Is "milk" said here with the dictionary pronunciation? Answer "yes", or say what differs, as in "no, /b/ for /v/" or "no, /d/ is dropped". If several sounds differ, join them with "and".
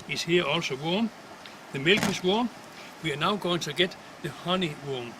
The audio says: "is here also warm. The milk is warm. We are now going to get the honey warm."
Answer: yes